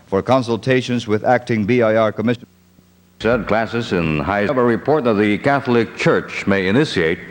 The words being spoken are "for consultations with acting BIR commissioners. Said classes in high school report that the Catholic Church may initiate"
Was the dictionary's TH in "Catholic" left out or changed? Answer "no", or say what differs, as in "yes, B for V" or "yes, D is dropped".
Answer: no